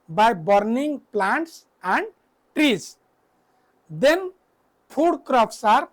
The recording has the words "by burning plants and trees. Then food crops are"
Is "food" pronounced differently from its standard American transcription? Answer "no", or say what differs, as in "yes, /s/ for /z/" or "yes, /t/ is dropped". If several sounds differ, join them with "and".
yes, /p/ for /f/